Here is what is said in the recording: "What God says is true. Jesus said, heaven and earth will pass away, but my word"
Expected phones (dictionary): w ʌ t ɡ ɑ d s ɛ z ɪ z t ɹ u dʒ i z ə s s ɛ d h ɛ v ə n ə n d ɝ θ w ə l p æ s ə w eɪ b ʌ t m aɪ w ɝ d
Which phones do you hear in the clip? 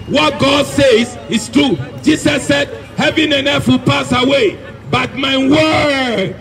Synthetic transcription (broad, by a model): w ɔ t ɡ ɑ d s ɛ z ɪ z t ɹ u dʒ i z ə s s ɛ d h ɛ v ə n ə n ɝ f w ə l p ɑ s ə w eɪ b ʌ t m aɪ w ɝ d